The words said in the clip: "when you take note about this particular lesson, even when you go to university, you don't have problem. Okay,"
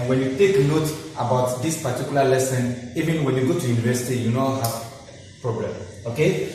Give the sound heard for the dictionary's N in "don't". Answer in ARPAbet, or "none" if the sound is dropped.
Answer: L